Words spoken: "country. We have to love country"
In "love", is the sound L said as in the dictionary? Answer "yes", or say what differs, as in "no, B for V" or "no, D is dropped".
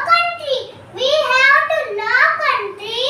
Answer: no, N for L